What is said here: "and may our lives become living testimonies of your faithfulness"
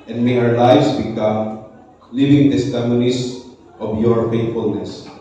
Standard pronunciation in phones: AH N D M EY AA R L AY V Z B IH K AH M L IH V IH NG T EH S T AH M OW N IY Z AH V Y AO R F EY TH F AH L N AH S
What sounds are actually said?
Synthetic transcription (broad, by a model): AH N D M EY AA R L AY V S B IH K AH M L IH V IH NG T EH S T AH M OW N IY S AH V Y AO R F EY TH F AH L N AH S